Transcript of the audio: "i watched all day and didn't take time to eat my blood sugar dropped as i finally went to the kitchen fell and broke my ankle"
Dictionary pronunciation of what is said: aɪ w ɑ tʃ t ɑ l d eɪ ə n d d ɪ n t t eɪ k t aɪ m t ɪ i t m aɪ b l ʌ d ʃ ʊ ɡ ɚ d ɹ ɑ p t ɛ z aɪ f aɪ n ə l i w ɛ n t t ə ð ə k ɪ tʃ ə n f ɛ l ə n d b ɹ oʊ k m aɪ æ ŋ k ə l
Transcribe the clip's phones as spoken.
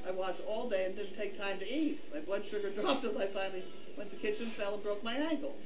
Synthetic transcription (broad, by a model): aɪ w ɑ tʃ ɑ l d eɪ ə n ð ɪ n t t eɪ k t aɪ m t ɪ i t m aɪ b l ʌ d ʃ ʊ ɡ ɚ d ɹ ɑ p t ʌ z aɪ f aɪ n l i w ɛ n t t ð ə k ɪ tʃ ə n f ɛ l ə n b ɹ oʊ k m aɪ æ ŋ k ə l